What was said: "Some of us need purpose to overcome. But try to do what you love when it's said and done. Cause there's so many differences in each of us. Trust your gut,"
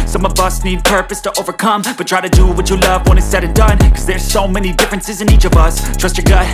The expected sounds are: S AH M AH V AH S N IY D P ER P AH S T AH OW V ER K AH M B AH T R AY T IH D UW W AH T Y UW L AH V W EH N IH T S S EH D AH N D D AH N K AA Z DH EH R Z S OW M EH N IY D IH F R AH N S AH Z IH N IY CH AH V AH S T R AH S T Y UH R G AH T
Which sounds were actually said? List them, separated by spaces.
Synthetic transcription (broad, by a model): S AH M AH V AH S N IY D P ER P AH S T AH OW V ER K AH M B AH T R AY T IH D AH W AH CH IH L AH V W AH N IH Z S S EH D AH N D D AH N K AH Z DH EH R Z S OW M EH N IY D IH F R AH N S AH Z IH N IY CH AH V AH S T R AH S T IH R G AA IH